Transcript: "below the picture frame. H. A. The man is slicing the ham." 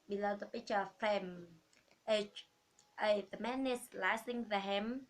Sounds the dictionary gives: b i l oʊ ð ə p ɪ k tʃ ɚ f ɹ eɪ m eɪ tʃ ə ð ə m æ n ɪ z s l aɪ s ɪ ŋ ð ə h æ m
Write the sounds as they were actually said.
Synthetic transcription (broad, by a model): b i l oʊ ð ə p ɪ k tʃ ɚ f eɪ m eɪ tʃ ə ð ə m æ n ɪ s l aɪ s ɪ ŋ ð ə h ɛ m